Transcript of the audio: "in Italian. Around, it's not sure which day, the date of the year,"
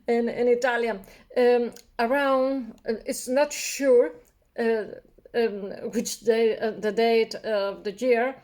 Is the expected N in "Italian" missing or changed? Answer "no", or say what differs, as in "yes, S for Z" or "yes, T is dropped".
yes, N is dropped